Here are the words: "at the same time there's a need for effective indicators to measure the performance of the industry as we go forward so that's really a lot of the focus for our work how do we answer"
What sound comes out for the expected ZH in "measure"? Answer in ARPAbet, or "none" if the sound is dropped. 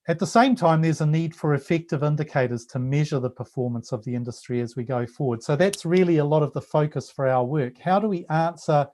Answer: ZH